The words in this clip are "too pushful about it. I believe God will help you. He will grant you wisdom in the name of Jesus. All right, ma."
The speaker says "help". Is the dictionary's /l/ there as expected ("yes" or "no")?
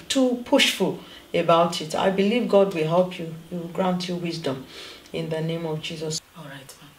yes